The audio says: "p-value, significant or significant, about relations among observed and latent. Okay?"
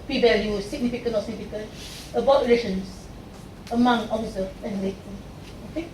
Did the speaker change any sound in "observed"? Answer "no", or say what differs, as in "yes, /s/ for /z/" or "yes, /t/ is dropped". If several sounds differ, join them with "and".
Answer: yes, /b/ is dropped